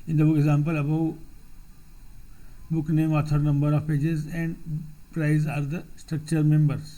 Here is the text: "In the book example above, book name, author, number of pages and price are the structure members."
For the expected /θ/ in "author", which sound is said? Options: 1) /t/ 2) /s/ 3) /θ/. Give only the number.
1